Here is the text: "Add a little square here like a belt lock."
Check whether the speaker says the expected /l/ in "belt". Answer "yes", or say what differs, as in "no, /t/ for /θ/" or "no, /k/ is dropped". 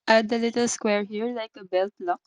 yes